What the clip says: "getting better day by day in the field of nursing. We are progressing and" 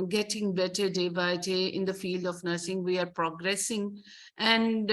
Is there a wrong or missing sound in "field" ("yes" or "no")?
no